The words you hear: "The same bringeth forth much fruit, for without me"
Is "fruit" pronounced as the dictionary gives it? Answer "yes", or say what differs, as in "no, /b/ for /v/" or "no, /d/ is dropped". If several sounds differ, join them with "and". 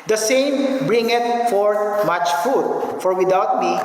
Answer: no, /ɹ/ is dropped